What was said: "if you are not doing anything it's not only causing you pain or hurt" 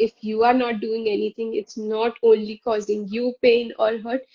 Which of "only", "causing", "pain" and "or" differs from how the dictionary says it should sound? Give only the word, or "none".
or